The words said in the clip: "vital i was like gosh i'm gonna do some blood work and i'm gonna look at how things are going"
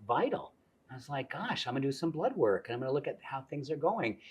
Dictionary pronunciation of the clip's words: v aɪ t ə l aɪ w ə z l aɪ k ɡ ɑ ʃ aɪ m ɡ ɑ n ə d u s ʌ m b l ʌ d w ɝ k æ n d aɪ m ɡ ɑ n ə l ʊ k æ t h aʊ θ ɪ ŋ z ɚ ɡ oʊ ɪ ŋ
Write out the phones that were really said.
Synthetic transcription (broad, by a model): v aɪ t l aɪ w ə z l aɪ k ɡ ɑ ʃ aɪ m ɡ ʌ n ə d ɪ s ʌ m b l ʌ d w ɝ k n aɪ m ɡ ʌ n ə l ʊ k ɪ t h aʊ θ ɪ ŋ z ɚ ɡ oʊ ɪ ŋ